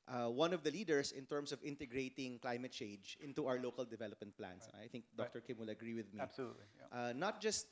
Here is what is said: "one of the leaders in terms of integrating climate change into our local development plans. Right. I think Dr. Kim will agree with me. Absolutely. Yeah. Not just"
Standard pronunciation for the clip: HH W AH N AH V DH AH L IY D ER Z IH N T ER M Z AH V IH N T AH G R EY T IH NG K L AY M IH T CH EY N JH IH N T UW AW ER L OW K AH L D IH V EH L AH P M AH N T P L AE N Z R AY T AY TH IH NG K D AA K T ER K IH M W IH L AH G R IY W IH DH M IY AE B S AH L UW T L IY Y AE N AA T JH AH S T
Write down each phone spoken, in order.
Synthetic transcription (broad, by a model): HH W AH N AH V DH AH L IY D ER S IH N T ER M S AH V IH N T AH G R EY T IH NG K L AY M IH T CH EY N JH IH N T UW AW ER L OW K AH L D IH V EH L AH P M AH N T P L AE N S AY AY TH IH NG K D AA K T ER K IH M W IH L AH G R IY W IH DH M IY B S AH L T IY N AA T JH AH S T